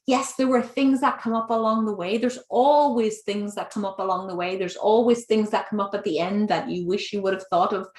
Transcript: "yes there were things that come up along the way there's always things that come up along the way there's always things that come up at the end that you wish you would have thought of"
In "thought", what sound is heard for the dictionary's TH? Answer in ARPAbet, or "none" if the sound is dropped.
TH